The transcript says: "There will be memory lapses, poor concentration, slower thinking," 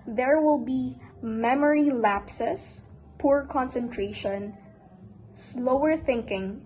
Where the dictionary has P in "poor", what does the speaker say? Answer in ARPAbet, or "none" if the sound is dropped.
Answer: P